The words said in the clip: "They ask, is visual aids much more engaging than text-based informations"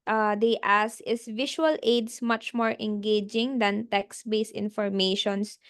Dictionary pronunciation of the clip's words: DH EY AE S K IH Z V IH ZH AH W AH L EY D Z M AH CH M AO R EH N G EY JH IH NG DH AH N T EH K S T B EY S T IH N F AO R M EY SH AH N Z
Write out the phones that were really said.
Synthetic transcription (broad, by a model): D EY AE S IH S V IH SH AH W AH L EY D S M AH CH M AO R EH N G EY JH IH NG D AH N T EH K S B EY S IH N F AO R M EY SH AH N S